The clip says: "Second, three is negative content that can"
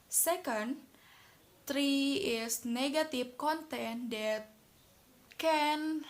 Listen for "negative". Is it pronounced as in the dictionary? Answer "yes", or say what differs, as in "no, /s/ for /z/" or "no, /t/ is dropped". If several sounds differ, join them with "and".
no, /f/ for /v/